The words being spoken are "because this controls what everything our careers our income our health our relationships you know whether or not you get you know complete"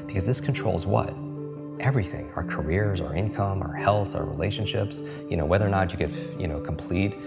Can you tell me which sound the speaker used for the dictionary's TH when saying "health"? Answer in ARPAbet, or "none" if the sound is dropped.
TH